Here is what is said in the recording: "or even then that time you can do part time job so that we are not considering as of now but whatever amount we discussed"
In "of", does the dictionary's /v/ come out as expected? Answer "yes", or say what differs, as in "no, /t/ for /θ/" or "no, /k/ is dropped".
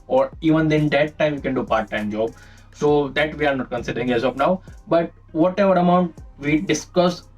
no, /p/ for /v/